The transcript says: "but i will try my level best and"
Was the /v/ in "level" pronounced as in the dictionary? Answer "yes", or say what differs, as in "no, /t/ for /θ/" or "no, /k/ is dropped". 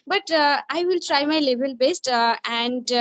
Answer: no, /b/ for /v/